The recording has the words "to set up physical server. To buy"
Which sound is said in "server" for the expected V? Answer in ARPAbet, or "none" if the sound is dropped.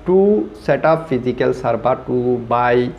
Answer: B